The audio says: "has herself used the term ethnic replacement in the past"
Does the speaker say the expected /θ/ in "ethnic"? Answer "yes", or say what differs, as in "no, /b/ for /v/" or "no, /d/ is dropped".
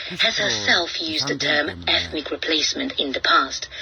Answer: yes